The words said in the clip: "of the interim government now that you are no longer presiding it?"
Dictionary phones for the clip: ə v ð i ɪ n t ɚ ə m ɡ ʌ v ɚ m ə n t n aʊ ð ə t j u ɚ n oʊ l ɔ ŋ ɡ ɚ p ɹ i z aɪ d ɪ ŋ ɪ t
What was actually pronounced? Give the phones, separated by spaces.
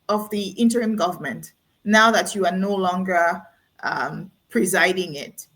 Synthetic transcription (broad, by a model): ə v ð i ɪ n t ɚ ə m ɡ ʌ v ɚ m ə n t n aʊ ð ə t j u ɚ n oʊ l ɔ ŋ ɡ ɚ p ɹ i z aɪ d ɪ ŋ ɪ t